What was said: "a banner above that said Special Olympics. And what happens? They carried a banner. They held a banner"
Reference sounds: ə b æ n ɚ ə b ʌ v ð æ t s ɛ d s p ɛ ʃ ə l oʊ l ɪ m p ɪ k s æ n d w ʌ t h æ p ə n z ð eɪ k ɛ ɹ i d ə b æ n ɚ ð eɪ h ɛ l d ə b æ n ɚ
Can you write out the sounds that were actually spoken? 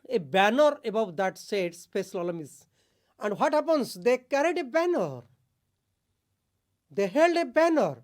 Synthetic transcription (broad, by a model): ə b æ n ɚ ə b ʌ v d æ t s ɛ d s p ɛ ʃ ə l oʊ l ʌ m ɪ s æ n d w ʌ t h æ p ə n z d eɪ k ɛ ɹ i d ə b æ n ɚ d eɪ h ɛ l d ə b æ n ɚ